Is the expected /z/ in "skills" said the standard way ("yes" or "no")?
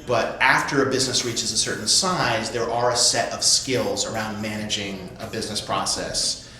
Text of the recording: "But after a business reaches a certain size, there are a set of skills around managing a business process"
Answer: yes